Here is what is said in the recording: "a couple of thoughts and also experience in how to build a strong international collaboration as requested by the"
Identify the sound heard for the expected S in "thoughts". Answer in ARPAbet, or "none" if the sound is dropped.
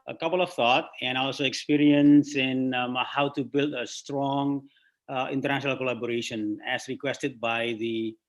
none